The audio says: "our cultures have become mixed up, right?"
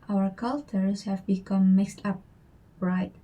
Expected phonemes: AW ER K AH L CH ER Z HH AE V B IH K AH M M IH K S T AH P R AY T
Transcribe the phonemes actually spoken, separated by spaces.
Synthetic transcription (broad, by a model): AW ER K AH L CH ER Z HH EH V B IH K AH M M IH K S T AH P R AY T